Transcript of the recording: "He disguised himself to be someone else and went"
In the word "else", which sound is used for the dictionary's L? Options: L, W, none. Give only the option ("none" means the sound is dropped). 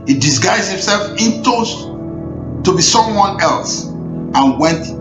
L